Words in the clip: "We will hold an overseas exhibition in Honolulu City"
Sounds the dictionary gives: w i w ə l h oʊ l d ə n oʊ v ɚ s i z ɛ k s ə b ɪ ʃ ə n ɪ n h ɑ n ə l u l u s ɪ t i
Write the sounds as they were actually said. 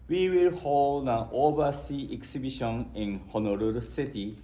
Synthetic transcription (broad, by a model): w i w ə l h oʊ l d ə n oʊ b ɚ s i ɛ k s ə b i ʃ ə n ɪ n h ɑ n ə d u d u s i t i